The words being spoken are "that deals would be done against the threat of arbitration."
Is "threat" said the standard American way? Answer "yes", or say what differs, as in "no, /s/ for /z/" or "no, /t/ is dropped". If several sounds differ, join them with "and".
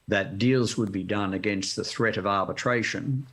yes